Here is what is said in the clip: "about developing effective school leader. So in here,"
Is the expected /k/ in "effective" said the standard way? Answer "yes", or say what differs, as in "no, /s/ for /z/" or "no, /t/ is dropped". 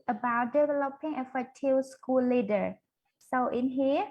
no, /k/ is dropped